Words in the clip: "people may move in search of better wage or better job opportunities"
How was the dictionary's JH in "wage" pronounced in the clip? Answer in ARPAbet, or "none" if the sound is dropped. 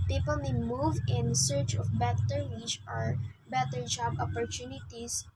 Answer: CH